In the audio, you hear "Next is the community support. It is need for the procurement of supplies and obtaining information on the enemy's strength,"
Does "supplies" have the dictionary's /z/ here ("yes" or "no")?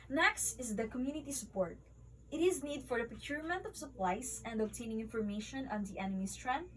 no